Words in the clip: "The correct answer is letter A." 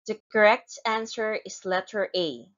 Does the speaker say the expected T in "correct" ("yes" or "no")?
yes